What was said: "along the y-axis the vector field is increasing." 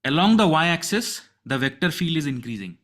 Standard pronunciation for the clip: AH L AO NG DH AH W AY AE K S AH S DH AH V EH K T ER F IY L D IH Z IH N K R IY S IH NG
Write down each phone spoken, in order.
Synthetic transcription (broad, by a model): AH L AO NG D AH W AY AE K S AH S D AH V EH K T ER F IY L D IH Z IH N K R IY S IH NG